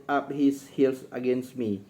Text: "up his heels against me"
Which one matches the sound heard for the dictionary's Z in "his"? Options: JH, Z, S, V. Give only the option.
S